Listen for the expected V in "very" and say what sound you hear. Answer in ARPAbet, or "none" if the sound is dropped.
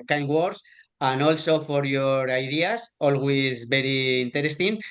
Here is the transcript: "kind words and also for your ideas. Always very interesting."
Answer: B